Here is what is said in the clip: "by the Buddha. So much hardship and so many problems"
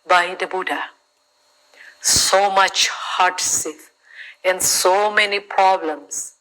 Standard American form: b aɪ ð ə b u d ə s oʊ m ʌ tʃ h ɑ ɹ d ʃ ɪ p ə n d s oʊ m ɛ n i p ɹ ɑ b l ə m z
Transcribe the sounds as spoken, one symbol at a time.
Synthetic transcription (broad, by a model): b aɪ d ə b u d ə s oʊ m ʌ tʃ h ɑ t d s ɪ f ə n d s oʊ m ɛ n i p ɹ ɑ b l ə m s